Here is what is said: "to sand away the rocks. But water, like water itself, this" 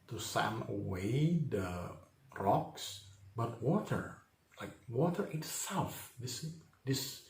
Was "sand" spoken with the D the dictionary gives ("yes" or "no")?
no